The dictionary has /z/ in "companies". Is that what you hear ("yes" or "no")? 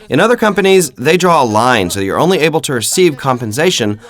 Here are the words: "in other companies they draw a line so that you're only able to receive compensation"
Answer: yes